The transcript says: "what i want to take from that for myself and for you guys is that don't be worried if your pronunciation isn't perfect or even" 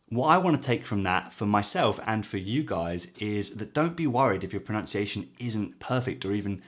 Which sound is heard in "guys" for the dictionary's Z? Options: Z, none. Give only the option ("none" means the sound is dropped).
Z